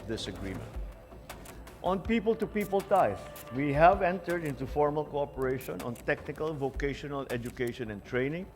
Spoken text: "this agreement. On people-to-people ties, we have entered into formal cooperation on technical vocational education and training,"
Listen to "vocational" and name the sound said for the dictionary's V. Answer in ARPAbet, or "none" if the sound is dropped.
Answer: V